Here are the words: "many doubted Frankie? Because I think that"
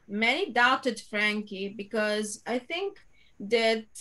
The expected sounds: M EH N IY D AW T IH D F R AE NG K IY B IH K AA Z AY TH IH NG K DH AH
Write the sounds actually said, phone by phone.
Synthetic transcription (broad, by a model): M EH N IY D AW T IH D F R AE NG K IY B IH K AA Z AY T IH NG K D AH